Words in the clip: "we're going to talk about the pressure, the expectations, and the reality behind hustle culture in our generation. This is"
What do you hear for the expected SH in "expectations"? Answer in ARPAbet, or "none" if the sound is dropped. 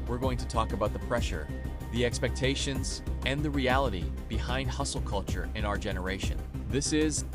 SH